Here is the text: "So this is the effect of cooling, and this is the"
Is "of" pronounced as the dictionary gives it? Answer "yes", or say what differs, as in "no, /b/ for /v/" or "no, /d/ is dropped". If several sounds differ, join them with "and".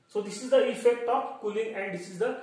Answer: no, /p/ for /v/